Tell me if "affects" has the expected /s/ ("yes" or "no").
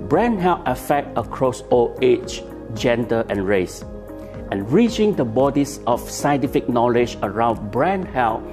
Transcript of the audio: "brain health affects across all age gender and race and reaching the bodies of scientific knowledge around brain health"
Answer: no